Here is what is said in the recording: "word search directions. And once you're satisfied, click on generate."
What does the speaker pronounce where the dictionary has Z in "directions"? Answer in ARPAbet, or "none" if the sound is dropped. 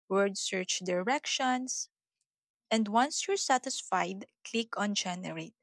S